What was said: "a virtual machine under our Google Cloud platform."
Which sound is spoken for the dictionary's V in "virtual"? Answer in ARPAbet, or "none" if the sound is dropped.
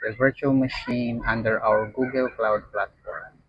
V